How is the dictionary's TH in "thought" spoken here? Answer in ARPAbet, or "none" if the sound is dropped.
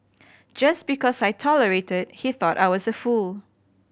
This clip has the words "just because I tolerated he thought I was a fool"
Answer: TH